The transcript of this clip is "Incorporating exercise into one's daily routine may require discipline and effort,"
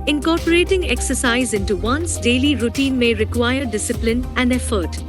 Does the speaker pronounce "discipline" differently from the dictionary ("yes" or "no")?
no